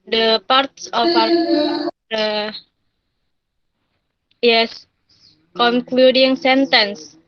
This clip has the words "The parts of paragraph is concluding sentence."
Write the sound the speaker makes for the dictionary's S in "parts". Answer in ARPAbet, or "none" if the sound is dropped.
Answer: S